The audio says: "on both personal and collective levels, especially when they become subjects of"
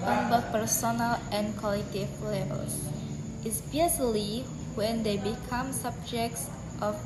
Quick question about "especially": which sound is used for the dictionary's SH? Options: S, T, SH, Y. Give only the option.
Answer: S